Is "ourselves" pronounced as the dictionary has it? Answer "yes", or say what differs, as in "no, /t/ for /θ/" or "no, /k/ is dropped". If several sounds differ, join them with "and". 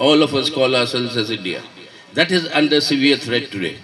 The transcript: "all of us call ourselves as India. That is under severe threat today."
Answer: no, /v/ is dropped